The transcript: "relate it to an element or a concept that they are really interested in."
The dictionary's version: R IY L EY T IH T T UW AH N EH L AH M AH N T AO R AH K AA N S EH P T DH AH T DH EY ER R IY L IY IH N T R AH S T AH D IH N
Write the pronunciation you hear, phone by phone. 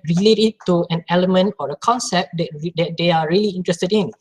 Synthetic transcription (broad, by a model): R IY L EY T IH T T UW AH N EH L AH M AH N T AO R AH K AA N S EH P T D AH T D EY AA R IY L IY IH N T R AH S T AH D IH N